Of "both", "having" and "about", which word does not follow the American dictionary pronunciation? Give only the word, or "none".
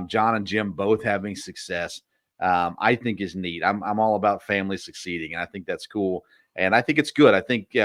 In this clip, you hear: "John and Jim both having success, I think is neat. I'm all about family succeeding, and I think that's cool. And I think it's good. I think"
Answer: none